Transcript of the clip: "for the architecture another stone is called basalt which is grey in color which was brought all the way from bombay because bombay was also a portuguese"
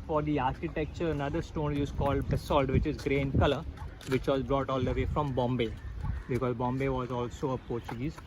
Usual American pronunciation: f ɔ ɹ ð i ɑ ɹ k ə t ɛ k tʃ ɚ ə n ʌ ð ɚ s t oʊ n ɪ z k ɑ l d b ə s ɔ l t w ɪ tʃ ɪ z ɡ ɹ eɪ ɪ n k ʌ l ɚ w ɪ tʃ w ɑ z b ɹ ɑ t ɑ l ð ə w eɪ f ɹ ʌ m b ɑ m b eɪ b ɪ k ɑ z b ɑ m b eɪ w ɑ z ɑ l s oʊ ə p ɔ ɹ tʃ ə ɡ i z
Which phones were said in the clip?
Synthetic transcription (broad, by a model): f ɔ ɹ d i ɑ ɹ k ə t ɛ k tʃ ɚ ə n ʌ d ɚ s t oʊ n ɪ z k ɑ l d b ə s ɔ l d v ɪ tʃ ɪ z ɡ ɹ eɪ n k ʌ l ɚ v ɪ tʃ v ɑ z b ɹ ɑ t ɑ l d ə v eɪ f ɹ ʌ m b ɑ m b eɪ b ɪ k ɑ z b ɑ m b eɪ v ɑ z ɑ l s oʊ ə p ɔ ɹ tʃ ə ɡ i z